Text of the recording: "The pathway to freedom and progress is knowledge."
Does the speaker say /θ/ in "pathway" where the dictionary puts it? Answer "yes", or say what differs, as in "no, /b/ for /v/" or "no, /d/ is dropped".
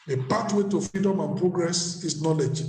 no, /t/ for /θ/